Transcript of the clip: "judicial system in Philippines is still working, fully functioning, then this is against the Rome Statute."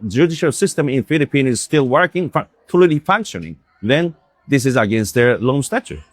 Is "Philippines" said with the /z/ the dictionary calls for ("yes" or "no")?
no